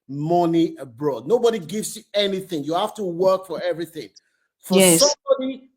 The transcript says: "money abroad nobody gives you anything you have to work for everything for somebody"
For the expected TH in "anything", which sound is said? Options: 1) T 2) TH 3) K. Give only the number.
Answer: 2